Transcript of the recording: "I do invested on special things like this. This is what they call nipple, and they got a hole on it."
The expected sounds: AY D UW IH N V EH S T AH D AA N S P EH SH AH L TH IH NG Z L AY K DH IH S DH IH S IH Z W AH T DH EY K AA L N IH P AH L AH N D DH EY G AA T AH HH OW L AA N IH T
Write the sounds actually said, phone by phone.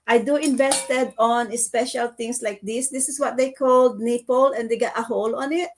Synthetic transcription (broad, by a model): AY D UW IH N V EH S T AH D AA N S P EH SH AH L T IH NG S L AY K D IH S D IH S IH S W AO T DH EY K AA L N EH P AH L AH N D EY G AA T AH HH OW L AA N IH T